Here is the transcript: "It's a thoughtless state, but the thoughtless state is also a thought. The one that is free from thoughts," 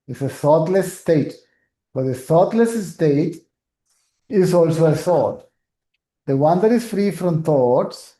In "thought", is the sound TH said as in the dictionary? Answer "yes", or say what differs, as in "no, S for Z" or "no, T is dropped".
no, S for TH